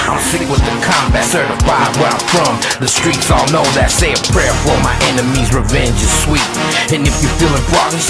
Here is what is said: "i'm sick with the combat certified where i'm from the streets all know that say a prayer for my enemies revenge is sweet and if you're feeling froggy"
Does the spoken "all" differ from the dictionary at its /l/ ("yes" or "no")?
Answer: no